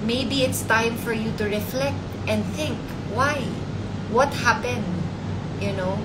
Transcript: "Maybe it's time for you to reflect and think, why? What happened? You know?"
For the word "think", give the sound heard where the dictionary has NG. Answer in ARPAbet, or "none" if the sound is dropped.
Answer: NG